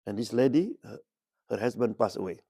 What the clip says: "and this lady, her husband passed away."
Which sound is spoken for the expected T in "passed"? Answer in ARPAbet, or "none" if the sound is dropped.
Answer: none